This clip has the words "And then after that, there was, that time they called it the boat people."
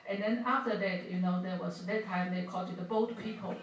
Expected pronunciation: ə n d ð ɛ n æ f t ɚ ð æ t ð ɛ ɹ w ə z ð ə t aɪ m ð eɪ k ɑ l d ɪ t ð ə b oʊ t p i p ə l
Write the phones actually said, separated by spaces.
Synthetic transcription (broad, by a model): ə n ð ɛ n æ f t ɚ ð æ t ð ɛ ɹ w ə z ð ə t aɪ m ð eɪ k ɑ d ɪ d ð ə b oʊ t p i p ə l